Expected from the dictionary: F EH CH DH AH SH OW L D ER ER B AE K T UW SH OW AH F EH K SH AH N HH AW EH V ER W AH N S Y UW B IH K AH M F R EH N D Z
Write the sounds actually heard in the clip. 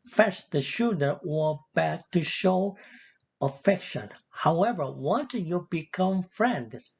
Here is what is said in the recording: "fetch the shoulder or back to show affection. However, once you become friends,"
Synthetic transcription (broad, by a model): F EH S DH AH SH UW D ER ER B AE K T UW SH OW AH F EH K SH AH N HH AW EH V ER W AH N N Y UW B IH K AH M F R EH N D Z